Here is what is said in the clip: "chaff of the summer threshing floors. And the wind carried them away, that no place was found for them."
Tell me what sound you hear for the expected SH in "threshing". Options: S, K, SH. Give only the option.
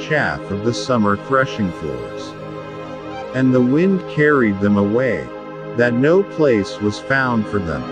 SH